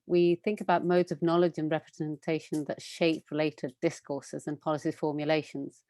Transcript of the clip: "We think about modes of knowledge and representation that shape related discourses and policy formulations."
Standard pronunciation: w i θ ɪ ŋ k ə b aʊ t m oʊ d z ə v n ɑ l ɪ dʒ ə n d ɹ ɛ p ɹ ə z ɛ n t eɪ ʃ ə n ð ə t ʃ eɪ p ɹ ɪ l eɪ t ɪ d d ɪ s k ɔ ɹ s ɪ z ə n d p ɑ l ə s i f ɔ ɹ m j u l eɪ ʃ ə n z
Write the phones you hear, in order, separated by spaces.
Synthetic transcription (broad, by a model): w i θ ɪ ŋ k ə b aʊ t m oʊ d z ə v n ɑ l ɪ dʒ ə n ɹ ɛ p ɹ ə z ɛ n t eɪ ʃ ə n ð ə t ʃ eɪ p ɹ ɪ l eɪ t ɪ d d ɪ s k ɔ s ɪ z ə n p ɑ l ə s i f ɔ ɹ m j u l eɪ ʃ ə n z